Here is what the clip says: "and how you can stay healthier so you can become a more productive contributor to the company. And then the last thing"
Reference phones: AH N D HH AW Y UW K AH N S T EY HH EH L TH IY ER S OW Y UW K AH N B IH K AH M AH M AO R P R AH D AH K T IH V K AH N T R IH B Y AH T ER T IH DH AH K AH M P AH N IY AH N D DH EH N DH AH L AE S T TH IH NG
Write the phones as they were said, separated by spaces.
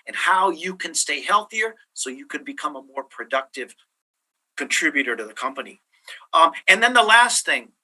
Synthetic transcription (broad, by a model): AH N HH AW Y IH K AH N S T EY HH EH L TH IY ER S OW Y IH K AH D B IH K AH M AH M AO R P R AH D AH K T IH V K AH N T R IH B Y AH T ER T IH DH AH K AH M P AH N IY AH N DH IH N DH AH L AE S T TH IH NG